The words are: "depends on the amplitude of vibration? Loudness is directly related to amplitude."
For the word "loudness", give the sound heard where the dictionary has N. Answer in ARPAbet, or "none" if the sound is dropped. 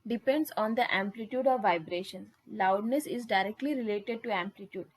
N